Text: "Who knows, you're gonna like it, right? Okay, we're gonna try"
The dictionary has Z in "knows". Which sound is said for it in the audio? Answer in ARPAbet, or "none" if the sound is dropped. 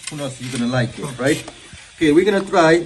S